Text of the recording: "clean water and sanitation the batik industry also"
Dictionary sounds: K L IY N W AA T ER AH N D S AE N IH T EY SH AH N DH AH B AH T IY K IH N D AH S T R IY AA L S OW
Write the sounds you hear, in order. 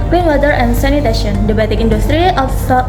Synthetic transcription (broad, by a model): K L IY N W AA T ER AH N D S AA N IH T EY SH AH N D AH B AH T IY K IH N D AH S T R IY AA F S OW